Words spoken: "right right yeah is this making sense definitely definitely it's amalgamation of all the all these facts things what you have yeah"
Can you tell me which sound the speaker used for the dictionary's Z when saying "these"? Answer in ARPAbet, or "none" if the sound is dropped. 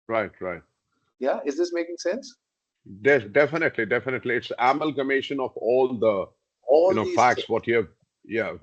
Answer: none